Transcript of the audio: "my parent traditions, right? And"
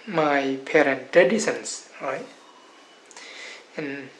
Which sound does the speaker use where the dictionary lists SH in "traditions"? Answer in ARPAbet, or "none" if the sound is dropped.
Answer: S